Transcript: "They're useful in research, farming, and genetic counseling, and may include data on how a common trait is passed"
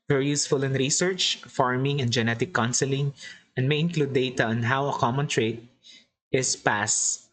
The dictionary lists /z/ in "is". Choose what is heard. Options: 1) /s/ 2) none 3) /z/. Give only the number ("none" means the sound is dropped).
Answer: 1